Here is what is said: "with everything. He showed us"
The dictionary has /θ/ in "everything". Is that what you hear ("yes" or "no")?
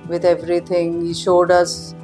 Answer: no